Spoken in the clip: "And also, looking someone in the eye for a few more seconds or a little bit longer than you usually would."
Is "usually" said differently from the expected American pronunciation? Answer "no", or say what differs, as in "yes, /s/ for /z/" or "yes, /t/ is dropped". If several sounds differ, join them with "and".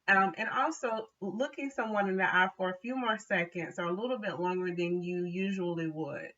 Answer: no